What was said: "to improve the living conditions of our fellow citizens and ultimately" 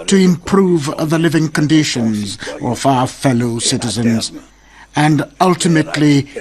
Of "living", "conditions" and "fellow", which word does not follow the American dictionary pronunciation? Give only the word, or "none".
none